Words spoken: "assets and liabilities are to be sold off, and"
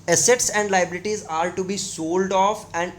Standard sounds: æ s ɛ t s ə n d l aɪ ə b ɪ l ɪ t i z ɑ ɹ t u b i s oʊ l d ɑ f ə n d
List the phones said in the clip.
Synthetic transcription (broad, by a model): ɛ s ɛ t s ə n d l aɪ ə b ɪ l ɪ t i z ɑ ɹ t u b i s oʊ l d ɑ f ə n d